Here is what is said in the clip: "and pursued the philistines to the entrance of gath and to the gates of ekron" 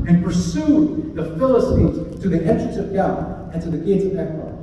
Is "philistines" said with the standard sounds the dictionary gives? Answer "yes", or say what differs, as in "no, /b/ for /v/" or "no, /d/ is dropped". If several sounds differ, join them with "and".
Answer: yes